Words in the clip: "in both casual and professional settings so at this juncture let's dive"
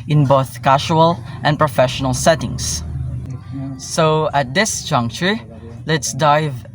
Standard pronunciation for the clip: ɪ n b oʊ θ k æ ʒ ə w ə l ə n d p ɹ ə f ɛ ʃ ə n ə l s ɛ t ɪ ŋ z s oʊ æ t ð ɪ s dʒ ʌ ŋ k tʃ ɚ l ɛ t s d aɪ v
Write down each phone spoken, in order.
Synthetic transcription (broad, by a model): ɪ n b oʊ θ k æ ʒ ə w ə l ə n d p ɹ ə f ɛ ʃ ə n ə l s ɛ t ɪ ŋ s s oʊ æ t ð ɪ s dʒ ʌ ŋ k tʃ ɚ l ɛ t s d aɪ v